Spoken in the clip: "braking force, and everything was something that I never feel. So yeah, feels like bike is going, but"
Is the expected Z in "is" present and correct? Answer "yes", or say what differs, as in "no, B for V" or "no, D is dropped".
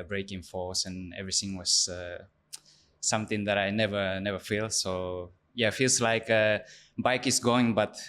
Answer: no, S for Z